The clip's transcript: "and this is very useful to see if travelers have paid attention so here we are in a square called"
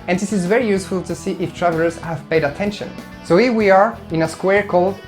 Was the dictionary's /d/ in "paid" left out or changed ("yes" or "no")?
no